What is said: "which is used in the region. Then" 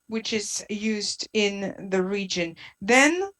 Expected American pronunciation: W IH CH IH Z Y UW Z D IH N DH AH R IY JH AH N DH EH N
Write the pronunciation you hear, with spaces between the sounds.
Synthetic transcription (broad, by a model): W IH CH IH Z Y UW Z D IH N DH AH R IY JH AH N DH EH N